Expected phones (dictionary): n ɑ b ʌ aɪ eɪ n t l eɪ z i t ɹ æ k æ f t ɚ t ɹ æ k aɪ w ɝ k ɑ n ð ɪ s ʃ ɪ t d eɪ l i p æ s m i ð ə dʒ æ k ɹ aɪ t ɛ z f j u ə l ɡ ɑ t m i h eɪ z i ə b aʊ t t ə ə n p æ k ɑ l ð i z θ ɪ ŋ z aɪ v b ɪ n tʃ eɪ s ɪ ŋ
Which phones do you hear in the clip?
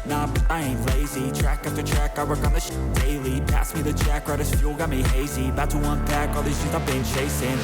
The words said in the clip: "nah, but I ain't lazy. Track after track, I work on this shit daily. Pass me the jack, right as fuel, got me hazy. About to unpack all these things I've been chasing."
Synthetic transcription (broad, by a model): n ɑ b aɪ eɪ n l eɪ z i t ɹ æ k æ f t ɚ t ɹ æ k aɪ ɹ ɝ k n ð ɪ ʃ d eɪ l i p æ s m i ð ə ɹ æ k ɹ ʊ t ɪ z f j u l ɡ ɑ t m i h eɪ z i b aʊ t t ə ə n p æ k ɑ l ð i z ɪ z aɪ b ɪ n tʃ eɪ s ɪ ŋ